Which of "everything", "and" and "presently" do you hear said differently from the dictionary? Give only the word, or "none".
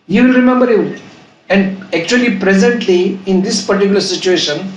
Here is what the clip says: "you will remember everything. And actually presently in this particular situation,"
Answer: everything